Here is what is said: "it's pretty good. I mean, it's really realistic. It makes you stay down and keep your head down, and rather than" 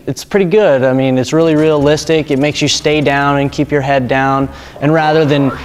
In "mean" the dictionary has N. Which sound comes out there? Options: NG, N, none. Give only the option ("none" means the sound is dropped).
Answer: N